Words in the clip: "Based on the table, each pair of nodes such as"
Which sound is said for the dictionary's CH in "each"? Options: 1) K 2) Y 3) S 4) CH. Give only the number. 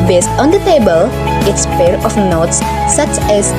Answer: 3